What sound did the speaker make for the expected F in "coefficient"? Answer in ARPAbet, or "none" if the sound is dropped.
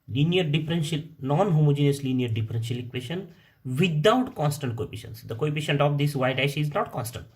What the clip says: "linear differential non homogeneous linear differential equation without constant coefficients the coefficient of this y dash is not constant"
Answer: P